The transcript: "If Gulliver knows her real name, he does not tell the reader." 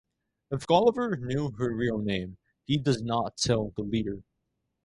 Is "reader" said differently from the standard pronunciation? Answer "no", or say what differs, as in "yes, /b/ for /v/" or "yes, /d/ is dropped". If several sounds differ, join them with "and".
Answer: yes, /l/ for /ɹ/